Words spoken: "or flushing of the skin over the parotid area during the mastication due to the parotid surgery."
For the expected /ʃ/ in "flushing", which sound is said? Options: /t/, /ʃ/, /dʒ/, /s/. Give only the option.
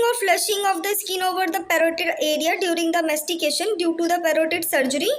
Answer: /ʃ/